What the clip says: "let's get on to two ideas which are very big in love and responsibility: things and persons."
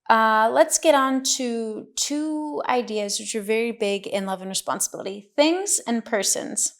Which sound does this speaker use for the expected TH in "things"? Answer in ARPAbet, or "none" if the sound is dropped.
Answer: TH